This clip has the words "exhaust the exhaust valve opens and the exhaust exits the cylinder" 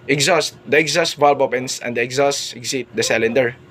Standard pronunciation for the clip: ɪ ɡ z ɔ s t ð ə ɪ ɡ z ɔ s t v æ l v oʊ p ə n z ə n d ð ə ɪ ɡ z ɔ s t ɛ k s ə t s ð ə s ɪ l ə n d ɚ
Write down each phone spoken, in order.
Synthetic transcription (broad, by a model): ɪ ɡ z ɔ s t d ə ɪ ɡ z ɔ s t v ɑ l b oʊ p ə n s ə n d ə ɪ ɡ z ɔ s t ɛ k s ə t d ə s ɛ l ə n d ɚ